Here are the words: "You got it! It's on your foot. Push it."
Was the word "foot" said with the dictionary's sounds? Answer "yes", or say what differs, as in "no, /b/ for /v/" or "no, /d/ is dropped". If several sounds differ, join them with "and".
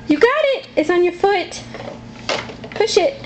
yes